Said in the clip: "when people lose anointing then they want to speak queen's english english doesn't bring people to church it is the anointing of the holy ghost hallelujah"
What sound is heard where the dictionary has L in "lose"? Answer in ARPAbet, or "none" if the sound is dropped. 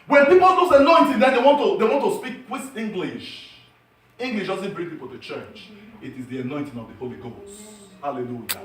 N